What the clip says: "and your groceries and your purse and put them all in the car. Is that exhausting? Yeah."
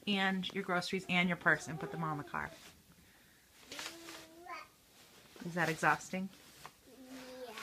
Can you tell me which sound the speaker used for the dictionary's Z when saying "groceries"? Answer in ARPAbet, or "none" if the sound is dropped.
Z